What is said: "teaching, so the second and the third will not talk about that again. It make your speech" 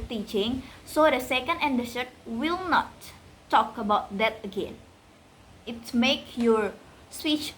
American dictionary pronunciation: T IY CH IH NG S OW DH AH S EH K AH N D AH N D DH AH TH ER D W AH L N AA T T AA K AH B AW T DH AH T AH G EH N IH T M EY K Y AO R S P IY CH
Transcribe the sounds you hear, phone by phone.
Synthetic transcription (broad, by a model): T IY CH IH NG S OW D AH S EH K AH N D AH N D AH S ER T W AH L N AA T T AA K AH B AW T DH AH T AH G EH N IH T M EY K Y AO R S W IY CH